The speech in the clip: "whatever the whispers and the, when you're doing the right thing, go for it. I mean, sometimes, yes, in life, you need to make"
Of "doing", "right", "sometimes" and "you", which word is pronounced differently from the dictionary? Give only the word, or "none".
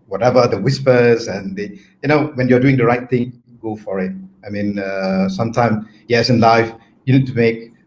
sometimes